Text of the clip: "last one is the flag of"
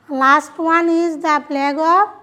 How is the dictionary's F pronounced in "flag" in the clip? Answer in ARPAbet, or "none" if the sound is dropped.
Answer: P